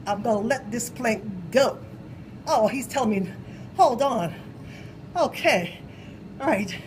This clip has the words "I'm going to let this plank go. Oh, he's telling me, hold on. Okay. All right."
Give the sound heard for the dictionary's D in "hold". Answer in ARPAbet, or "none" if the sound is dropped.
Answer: D